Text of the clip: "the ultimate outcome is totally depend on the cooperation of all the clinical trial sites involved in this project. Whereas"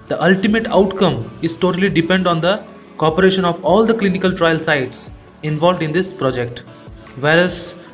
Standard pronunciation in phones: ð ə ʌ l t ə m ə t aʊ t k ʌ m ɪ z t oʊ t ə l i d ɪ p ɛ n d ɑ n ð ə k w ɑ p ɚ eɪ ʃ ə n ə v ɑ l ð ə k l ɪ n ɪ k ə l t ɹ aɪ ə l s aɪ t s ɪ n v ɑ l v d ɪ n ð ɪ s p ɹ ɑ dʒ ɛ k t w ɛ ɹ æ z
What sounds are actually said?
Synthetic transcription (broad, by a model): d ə ʌ l t ə m ə t aʊ t k ʌ m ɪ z t oʊ t ə l i d ɪ p ɛ n d ɑ n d ə k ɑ p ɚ eɪ ʃ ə n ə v ɑ l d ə k l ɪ n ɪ k ə l t ɹ aɪ ə l s aɪ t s ɪ n v ɑ l v d ɪ n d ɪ s p ɹ ɑ dʒ ɛ k t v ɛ ɹ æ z